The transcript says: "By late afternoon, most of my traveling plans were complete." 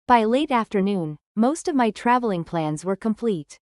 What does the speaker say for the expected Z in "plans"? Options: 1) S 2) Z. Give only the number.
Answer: 2